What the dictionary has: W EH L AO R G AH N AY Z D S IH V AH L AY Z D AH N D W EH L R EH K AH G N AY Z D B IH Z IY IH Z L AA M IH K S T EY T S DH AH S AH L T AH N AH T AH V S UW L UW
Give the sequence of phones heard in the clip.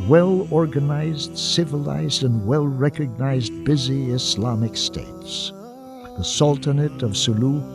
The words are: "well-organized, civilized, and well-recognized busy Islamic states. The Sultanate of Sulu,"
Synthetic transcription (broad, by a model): W EH L AO R G AH N AY Z D S IH V AH L AY Z D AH N W EH L R EH K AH G N AY Z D B IH Z IY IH S L AA M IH K S T EY T S DH AH S AH L T AH N AH T AH V S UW L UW